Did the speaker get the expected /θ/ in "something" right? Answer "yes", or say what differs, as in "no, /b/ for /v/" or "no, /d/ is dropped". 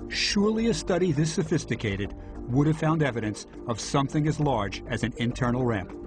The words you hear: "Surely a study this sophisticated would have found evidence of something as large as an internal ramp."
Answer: yes